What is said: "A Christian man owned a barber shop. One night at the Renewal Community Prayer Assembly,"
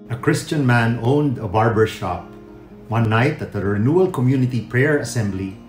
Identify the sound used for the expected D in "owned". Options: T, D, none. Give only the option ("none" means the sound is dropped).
D